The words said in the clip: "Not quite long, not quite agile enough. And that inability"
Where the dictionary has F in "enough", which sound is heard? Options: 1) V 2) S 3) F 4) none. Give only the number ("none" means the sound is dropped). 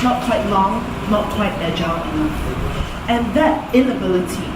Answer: 4